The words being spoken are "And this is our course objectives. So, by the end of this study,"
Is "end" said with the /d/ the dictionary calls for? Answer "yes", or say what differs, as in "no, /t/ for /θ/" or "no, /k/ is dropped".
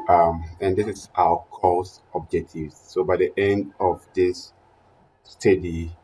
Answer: yes